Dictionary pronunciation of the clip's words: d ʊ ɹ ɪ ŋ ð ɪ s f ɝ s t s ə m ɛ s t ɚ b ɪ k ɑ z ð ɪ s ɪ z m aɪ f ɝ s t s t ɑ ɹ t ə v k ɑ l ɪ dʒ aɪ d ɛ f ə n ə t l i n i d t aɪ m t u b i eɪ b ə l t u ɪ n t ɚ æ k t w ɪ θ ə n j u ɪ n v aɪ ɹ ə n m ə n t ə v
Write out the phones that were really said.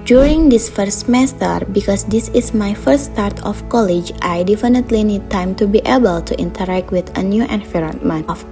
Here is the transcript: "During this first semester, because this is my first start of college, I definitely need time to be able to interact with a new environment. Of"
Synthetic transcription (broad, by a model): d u ɹ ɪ ŋ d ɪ s f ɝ t s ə m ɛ s t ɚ b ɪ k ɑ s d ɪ s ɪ s m aɪ f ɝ t s t ɑ ɹ t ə f k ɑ l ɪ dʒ aɪ d ɛ f ə n ə t l i n i d t aɪ m t u b i eɪ b ə l t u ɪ n t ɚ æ k t w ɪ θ ə n j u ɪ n f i ɹ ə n m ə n ə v